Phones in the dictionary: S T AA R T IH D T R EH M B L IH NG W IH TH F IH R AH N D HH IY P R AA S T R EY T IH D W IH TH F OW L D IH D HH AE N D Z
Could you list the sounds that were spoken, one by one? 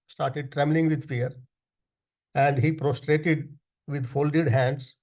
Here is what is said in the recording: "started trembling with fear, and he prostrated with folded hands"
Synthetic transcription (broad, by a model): S T AA R T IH D T R EH M B L IH NG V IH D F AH R AH N D HH IY P R AA S T R EY T IH D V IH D F OW L D IH D HH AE N D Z